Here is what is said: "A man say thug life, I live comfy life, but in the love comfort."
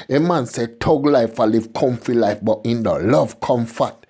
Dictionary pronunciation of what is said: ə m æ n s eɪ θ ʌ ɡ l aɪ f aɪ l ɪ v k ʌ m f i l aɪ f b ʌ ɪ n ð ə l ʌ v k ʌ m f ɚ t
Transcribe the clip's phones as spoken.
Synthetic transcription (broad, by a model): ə m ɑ n s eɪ t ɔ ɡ l aɪ f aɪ l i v k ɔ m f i l aɪ f b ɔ ɪ n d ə l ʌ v k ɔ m f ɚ t